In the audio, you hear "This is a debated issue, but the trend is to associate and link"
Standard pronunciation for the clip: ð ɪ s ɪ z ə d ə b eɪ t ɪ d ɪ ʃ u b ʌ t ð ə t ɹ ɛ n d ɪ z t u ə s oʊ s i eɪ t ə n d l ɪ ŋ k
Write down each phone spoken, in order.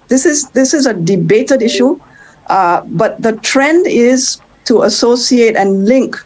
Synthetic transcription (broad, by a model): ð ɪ s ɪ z ə d ə b eɪ t ɪ d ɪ ʃ u b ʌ t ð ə t ɹ ɛ n d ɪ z t u ə s oʊ s i eɪ t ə n l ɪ ŋ k